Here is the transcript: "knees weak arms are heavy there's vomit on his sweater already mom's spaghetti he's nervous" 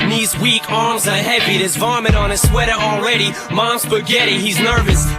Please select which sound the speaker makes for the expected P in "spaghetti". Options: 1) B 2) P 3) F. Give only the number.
1